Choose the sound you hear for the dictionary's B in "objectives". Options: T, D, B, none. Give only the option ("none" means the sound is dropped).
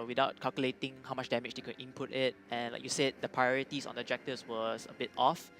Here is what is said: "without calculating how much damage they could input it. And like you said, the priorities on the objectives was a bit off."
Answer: none